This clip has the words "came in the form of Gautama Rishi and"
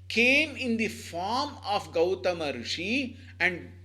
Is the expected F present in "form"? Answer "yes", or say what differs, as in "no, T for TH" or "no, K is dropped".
yes